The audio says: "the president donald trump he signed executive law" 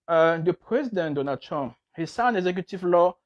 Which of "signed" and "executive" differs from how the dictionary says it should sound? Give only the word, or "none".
signed